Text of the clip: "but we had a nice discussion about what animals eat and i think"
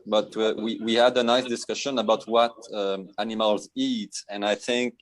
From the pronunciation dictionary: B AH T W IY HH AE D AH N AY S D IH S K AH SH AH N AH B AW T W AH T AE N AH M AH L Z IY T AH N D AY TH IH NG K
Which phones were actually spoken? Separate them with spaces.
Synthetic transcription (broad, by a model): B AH T W IY HH AE D AH N AY S D IH S K AH SH AH N AH B AW T W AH T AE N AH M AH L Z IY T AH N AY TH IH NG K